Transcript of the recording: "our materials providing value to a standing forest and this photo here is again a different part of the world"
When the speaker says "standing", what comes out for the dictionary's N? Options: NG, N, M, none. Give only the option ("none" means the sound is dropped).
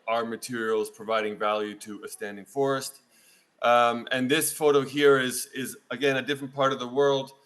N